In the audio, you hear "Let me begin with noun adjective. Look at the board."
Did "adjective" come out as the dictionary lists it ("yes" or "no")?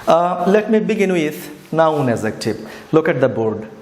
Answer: no